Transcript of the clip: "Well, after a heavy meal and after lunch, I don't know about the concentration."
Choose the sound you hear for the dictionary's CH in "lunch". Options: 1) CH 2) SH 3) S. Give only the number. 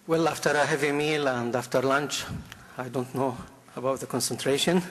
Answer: 1